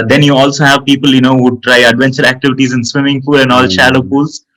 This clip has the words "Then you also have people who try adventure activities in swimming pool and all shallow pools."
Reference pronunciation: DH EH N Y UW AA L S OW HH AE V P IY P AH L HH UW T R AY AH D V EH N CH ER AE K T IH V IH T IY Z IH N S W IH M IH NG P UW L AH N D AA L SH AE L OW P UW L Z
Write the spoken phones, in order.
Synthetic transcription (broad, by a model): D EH N Y UW AA L S OW HH AE V P IY P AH L HH UW T R AY AH D V EH N CH ER AE K T IH V IH T IY Z IH N S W IH M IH NG F UW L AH N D AA L SH AE L OW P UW L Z